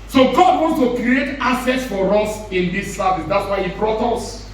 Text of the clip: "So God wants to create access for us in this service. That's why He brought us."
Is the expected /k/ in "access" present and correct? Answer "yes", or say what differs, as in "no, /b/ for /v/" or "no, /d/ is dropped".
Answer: no, /k/ is dropped